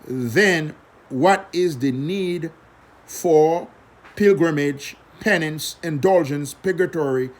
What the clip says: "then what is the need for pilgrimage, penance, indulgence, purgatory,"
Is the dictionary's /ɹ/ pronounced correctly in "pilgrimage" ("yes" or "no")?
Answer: yes